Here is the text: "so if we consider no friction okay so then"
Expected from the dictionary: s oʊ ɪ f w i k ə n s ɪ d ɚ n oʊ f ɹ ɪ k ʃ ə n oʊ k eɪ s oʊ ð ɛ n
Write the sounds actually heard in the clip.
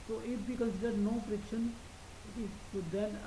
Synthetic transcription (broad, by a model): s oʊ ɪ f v i k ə n s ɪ d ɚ n oʊ p ɹ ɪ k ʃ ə n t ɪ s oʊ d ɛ n